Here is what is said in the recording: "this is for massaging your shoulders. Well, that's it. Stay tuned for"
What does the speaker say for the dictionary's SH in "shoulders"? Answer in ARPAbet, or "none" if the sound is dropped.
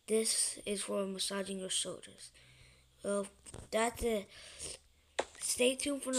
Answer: S